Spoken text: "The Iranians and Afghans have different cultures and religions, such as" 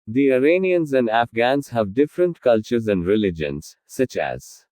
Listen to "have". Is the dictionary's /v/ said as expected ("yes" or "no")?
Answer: yes